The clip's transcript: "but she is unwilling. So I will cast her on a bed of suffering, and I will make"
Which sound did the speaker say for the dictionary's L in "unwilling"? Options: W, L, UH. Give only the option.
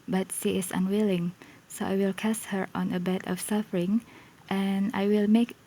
L